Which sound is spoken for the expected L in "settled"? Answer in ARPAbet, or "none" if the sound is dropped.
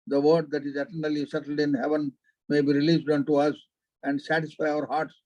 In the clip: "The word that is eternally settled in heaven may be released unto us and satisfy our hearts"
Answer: L